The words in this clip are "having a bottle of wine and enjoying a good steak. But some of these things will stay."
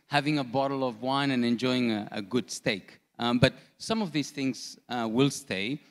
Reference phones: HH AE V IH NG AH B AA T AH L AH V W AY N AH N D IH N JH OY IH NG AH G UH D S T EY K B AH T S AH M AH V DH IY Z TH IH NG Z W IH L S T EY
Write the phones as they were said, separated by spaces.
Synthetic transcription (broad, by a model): HH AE V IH NG AH B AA T L AH V W AY N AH N IH N JH OY IH NG AH G UH D S T EY K B AH T S AH M AH V DH IY Z TH IH NG Z W IH L S T EY